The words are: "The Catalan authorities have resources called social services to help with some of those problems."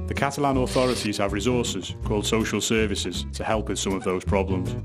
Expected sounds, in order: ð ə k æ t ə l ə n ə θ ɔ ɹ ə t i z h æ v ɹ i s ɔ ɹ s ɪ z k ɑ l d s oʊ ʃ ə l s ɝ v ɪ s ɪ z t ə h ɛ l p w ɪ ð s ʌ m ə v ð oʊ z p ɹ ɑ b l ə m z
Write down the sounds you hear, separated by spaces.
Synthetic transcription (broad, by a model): ð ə k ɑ t ə l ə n ə θ ɔ ɹ ə t i z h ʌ v ɹ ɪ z ɔ s ɪ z k ɑ l d s oʊ ʃ ə l s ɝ v ɪ s ɪ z t ə h ɛ l p w ɪ ð s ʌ m ə v ð oʊ z p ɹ ɑ b l ə m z